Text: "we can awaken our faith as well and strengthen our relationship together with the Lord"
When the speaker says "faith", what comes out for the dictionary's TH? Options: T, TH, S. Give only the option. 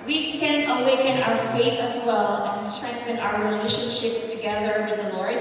TH